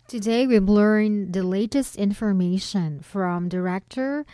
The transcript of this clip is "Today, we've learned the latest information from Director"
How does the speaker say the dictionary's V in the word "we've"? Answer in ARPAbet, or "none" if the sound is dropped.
B